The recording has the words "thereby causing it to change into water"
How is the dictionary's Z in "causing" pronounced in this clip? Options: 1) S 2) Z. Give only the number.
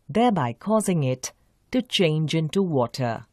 2